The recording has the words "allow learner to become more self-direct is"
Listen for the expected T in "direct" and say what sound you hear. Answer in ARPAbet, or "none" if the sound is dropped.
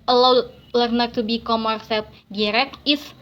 none